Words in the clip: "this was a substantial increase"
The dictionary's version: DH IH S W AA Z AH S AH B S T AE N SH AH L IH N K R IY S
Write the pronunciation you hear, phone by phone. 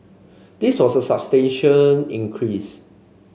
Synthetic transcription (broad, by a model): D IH S W AA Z AH S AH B S T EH N SH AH N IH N K R IY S